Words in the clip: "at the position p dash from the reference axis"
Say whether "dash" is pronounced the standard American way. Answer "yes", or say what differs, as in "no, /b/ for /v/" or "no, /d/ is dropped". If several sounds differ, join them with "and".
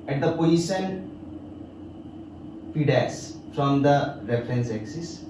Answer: no, /s/ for /ʃ/